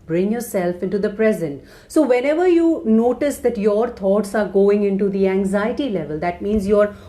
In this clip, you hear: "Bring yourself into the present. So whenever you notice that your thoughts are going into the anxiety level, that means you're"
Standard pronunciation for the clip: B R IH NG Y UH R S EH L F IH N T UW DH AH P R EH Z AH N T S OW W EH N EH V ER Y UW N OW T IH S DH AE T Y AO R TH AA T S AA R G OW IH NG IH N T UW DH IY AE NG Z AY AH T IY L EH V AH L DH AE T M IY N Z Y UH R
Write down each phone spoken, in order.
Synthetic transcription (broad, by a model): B R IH NG Y UH R S EH L F IH N T UW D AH P R EH Z AH N T S OW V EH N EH V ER Y UW N OW T IH S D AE T Y AO R T AA T S AA R G OW IH NG IH N T UW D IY AE NG Z AY AH T IY L EH V AH L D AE T M IY N Z Y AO R